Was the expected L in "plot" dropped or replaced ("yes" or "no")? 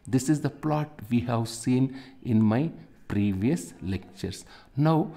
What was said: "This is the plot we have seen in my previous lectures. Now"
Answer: no